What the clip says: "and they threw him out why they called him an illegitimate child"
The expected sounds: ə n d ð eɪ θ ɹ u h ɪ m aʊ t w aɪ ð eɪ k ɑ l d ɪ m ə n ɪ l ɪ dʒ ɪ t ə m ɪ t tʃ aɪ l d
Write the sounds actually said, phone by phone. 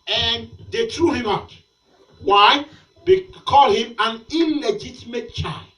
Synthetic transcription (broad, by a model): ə n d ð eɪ t ɹ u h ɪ m aʊ t w aɪ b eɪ k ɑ l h ɪ m ə n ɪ l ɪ dʒ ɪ t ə m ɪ t tʃ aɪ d